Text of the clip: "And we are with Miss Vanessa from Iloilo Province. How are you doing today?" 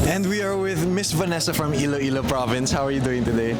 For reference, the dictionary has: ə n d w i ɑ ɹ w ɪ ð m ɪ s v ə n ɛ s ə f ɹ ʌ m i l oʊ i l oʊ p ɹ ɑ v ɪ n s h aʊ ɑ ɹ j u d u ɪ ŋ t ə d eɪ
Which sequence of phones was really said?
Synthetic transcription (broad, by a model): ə n d w i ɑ ɹ w ɪ ð m ɪ s v ə n ɛ s ə f ɹ ʌ m i l oʊ i l oʊ p ɹ ɑ v ɪ n s h aʊ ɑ ɹ j u d u ɪ ŋ t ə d eɪ